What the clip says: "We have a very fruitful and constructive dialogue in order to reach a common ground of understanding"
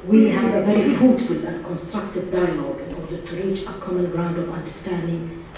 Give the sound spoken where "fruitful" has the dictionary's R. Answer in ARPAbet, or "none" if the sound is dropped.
none